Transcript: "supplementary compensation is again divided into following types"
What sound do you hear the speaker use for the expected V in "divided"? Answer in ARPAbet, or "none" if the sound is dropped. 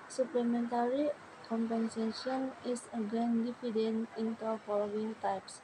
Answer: F